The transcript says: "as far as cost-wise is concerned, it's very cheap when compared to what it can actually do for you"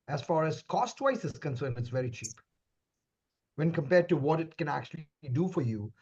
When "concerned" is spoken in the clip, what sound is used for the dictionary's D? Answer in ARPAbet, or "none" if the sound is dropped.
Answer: none